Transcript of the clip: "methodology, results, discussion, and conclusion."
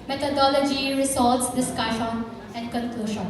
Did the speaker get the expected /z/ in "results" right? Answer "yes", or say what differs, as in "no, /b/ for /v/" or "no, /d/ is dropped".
no, /s/ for /z/